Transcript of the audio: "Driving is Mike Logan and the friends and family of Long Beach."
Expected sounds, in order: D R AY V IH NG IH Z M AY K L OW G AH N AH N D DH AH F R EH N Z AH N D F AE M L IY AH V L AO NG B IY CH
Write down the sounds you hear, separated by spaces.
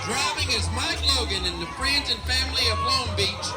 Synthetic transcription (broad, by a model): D R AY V IH NG IH Z M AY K L OW G AH N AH N DH AH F R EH N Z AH N F AE M L IY AH V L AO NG B IY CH